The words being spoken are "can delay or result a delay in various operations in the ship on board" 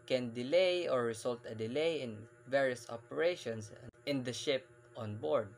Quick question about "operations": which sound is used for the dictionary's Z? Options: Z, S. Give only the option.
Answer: S